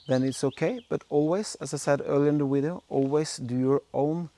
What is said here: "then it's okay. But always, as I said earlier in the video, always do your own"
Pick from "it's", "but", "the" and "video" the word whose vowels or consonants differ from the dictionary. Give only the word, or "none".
video